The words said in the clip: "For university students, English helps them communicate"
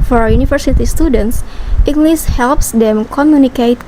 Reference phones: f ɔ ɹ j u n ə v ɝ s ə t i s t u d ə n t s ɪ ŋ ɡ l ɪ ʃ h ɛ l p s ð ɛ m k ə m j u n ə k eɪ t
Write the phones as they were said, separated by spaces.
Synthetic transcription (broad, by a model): f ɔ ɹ j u n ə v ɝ s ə t i s t u d ə n t s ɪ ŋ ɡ l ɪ s h ɛ l p s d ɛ m k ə m j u n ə k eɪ t